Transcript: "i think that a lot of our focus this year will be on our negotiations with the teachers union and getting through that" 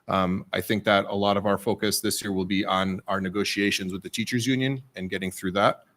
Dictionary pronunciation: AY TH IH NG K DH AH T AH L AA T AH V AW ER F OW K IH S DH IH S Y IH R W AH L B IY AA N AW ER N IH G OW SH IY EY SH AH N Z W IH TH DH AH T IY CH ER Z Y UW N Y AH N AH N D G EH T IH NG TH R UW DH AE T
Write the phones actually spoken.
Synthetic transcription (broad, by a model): AY TH IH NG K DH AH T AH L AA T AH V AW ER F OW K IH S DH IH S Y IH R W AH L B IY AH N AW ER N IH G OW SH IY EY SH AH N Z W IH DH AH T IY CH ER Z Y UW N Y AH N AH N G EH T IH NG TH R UW DH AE T